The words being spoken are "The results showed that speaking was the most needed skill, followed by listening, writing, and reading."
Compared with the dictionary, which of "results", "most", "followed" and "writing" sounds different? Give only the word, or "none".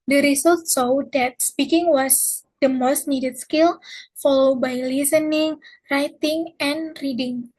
results